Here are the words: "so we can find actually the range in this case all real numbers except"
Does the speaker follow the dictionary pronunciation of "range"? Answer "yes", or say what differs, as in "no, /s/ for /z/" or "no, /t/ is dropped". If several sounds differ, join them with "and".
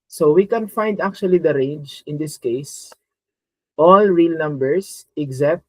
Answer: yes